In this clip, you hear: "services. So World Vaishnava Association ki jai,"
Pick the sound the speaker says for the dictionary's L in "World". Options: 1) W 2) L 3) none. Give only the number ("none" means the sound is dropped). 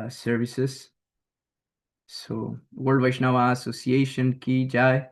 3